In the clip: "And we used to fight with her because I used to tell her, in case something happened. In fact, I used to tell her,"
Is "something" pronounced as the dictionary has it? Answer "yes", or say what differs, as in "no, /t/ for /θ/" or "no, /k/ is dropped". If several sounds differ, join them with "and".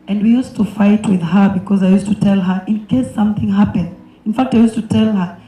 yes